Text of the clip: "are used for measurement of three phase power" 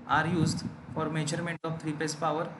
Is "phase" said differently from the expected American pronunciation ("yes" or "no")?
yes